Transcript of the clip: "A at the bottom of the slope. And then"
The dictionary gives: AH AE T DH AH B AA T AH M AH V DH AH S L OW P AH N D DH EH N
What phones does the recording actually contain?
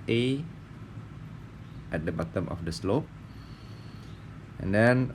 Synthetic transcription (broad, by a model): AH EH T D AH B AA T AH M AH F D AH S L OW P AH N D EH N